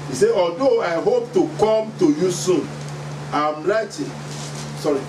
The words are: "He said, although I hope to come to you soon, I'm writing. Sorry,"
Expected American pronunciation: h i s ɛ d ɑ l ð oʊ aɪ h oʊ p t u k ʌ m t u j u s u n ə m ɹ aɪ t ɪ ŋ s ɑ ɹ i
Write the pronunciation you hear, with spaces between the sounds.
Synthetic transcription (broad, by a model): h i s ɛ ɑ l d oʊ aɪ h oʊ p t u k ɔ m t u j u s u n ə m l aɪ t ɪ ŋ s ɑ ɹ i